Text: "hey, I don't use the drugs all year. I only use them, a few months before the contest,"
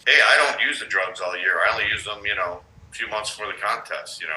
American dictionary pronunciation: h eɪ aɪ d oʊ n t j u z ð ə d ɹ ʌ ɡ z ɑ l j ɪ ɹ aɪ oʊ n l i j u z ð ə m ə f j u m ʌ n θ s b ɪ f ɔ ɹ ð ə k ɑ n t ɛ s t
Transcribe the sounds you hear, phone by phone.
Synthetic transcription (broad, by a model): h eɪ aɪ d oʊ n t j u z ð ə d ɹ ʌ ɡ z ɑ l j ɪ ɹ aɪ oʊ n l i j u z ð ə m ə f j u m ʌ n θ s f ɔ ɹ ð ə k ɑ n t ɛ s t